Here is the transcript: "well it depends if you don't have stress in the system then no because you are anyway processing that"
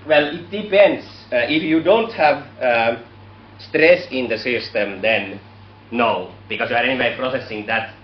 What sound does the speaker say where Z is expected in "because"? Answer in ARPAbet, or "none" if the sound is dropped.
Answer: S